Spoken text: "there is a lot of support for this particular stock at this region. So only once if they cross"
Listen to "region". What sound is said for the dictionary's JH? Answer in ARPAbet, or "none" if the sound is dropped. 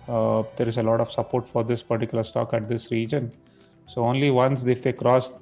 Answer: JH